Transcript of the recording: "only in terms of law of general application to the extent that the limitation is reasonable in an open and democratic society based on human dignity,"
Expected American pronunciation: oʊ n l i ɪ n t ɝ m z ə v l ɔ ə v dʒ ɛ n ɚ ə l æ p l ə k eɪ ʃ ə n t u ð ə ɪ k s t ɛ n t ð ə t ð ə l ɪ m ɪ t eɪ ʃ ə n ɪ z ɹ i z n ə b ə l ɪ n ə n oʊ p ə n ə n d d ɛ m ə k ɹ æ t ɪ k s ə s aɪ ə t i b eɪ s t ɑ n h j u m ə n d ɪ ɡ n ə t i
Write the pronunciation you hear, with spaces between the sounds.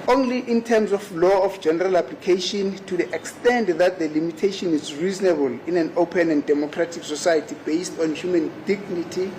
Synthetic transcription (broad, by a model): oʊ n l i ɪ n t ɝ m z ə f l ɔ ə f dʒ ɛ n ɚ ə l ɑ p l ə k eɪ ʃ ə n t u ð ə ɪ k s t ɛ n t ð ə t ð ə l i m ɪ t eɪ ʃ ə n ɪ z ɹ i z n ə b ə l ɪ n ə n oʊ p ə n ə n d d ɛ m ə k ɹ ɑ t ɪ k s ə s aɪ ə t i b eɪ s t ɑ n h j u m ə n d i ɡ n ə t i